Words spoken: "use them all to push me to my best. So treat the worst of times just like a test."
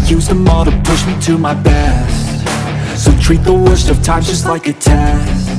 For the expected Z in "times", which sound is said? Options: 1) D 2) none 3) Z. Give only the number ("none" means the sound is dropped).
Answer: 2